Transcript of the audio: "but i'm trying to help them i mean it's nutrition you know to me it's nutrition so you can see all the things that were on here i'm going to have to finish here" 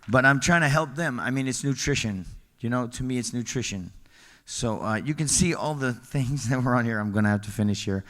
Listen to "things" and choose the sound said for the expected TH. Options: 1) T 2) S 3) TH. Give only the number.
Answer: 3